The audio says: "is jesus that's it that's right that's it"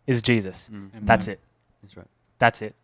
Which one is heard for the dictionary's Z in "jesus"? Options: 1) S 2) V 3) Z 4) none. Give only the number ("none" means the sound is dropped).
3